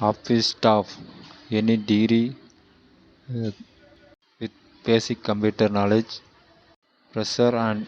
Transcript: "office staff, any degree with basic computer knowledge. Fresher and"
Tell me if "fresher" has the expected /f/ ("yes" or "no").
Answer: no